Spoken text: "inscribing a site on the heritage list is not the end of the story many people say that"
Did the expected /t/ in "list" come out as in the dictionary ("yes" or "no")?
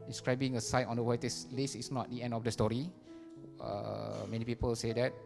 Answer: no